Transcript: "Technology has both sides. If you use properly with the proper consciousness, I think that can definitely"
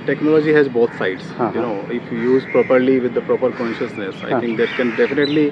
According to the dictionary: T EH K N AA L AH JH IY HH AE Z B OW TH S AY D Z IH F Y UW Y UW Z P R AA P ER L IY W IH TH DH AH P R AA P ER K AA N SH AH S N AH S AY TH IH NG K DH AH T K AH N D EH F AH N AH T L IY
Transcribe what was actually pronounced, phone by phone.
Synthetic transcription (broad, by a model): T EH K N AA L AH JH IY HH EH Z B OW T S AY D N IH F Y UW Y UW Z P R AA P ER L IY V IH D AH P R AA P ER K AA N SH AH S N AH S AY T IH NG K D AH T K AH N D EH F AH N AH T L IY